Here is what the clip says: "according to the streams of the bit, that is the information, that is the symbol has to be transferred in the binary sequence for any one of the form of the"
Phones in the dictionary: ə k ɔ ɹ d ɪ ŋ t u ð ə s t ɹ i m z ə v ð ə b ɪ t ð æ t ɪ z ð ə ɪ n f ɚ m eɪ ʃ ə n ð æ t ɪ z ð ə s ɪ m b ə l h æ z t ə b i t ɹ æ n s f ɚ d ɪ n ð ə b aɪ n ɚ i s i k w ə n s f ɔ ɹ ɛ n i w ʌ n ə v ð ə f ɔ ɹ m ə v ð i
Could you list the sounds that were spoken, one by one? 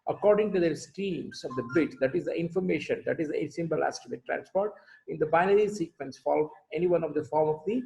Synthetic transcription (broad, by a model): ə k ɔ ɹ d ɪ ŋ t u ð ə s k ɹ i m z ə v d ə b ɪ t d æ t ɪ z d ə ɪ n f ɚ m eɪ ʃ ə n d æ t ɪ z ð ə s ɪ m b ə l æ s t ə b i t ɹ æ n s p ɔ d ɪ n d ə b aɪ n ɚ i s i k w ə n s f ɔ l ɛ n i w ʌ n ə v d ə f ɔ ɹ m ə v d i